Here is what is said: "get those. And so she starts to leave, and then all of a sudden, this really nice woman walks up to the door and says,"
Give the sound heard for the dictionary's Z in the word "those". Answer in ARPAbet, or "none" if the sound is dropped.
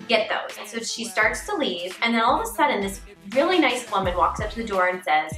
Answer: none